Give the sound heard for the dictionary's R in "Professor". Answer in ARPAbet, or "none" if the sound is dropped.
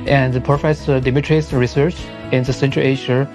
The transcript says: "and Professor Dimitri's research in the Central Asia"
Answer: none